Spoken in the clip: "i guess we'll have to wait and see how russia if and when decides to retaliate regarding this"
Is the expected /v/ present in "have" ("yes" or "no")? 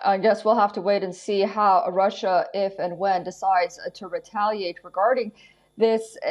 no